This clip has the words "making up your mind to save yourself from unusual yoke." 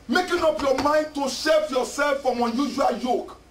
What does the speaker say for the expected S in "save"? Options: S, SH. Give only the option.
SH